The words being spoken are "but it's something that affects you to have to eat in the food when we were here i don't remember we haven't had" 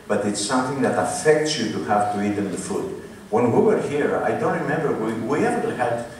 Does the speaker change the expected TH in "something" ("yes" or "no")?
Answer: no